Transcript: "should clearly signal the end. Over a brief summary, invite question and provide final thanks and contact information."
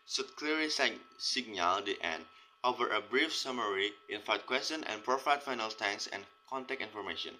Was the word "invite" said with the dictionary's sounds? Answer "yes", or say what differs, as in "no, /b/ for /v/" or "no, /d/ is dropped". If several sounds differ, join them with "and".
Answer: no, /f/ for /v/